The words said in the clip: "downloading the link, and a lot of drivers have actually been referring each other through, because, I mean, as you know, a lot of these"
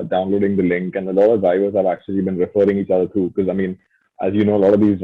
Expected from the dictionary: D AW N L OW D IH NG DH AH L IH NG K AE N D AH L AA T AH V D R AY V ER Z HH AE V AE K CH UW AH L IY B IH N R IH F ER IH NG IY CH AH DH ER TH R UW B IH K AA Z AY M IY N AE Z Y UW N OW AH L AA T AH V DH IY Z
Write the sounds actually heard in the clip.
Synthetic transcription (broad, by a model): D AW N L OW D IH NG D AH L IH NG K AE N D AH L AA T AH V D R AY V ER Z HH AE V AE K CH UW AH L IY B IH N R IH F ER IH NG IY CH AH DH ER T R UW B IH K AA Z AY M IY N AE Z Y UW N OW AH L AA T AH V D IY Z